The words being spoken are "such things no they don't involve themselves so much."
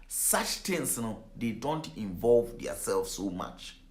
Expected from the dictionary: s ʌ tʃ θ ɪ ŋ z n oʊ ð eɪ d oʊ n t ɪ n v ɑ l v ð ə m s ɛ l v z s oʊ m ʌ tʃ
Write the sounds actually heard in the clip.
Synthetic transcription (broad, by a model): s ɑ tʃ t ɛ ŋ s n oʊ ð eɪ d oʊ n t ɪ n v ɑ l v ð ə s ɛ l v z s oʊ m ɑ tʃ